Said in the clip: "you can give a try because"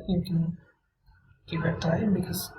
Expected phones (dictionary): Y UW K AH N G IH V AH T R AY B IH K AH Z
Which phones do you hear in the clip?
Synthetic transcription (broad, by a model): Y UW K AH N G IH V AH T AY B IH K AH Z